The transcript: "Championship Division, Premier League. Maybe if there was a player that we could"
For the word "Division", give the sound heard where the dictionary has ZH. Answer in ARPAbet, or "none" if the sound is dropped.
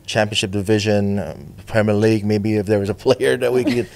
ZH